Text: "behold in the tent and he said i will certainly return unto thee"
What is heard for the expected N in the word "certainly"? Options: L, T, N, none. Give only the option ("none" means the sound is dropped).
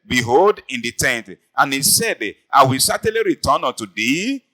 none